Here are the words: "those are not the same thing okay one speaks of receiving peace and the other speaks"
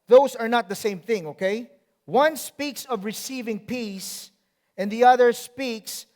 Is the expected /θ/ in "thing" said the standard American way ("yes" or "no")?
yes